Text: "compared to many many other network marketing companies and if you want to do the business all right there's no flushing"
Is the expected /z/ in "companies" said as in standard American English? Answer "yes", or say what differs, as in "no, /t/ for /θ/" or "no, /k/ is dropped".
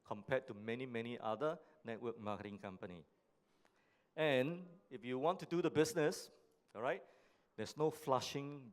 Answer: no, /z/ is dropped